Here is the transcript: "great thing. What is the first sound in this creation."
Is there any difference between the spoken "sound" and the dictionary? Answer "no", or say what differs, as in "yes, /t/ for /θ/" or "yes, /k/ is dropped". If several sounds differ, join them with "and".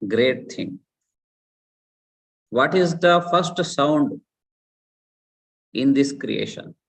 no